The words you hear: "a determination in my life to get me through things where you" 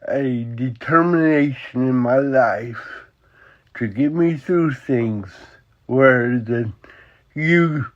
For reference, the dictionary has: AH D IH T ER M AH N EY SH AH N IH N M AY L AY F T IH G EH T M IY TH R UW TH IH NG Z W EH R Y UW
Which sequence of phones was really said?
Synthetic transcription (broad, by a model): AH D IH T ER M AH N EY SH AH N IH N M AY L AY F T IH G EH T M IY TH R UW TH IH NG Z W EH R Y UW